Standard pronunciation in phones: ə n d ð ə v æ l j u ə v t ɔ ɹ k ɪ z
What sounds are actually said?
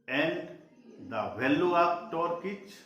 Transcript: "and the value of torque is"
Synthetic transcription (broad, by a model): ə n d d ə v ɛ l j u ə p t ɔ ɹ k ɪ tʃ